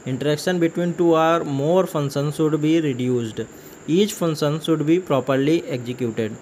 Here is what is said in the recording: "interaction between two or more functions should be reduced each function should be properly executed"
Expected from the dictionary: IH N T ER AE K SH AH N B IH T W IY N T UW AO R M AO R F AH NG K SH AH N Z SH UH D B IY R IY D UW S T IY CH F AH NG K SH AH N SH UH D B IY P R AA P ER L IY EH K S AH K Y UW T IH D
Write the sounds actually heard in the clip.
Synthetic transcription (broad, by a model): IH N T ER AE K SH AH N B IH T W IY N T UW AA R M AO R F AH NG SH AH N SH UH D B IY R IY D UW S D IY CH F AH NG SH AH N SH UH D B IY P R AA P ER L IY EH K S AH K Y UW T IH D